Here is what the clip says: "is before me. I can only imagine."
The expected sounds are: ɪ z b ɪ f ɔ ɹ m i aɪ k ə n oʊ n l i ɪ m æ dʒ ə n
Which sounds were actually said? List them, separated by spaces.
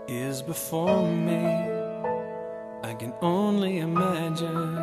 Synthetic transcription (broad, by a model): ɪ z b ɪ f ɔ ɹ m i aɪ k ə n oʊ n l i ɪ m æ dʒ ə n